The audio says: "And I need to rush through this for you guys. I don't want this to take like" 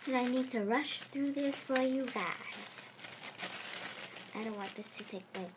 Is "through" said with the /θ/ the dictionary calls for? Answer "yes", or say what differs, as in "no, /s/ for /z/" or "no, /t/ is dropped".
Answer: yes